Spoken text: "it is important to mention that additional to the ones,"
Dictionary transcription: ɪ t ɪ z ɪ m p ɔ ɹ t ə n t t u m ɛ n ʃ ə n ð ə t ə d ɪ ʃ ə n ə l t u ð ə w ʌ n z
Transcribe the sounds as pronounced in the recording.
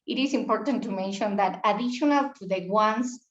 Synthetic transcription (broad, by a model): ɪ t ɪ s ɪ m p ɔ ɹ t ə n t t u m ɛ n ʃ ə n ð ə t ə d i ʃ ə n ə l t u ð ə w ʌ n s